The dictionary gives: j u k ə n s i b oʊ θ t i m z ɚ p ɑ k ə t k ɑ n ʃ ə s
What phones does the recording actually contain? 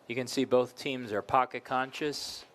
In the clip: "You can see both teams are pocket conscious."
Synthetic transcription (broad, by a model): j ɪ k ə n s i b oʊ θ t i m z ɚ p ɑ k ə t k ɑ n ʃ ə s